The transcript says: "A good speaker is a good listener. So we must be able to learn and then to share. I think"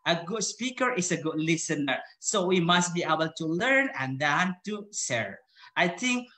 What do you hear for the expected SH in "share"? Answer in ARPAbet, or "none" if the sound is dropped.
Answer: S